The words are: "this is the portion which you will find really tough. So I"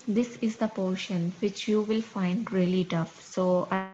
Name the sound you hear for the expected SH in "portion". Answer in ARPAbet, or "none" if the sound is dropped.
SH